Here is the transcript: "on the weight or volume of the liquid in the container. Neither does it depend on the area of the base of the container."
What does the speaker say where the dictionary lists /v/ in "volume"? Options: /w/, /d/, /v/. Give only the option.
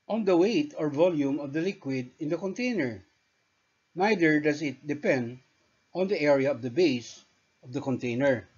/v/